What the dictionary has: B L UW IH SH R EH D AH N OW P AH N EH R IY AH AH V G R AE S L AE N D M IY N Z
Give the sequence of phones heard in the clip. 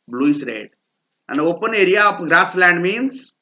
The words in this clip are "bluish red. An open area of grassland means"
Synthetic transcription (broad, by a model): B L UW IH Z R EH D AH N OW P AH N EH R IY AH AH P G R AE S L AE N D M IY N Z